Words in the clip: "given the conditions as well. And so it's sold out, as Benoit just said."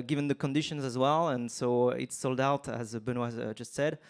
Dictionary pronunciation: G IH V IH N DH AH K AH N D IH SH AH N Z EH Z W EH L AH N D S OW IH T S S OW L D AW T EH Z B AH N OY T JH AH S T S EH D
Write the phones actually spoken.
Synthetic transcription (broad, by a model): G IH V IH N DH AH K AH N D IH SH AH N Z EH Z W EH L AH N S OW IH T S S OW L D AW T Z B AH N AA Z JH AH S T S EH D